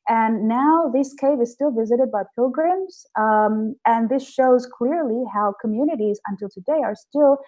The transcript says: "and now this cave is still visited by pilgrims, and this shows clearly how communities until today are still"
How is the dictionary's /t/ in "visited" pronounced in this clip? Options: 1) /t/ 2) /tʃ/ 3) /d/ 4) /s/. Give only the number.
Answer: 1